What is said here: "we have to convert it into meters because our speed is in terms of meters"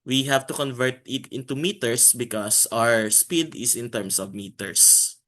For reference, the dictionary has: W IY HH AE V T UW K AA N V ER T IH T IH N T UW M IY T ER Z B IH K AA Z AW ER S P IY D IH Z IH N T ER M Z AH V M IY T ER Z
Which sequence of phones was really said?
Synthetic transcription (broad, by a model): W IY HH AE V T UW K AA N V ER T IH T IH N T UW M IY T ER S B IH K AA S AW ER S P IY D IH S IH N T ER M S AH V M IY T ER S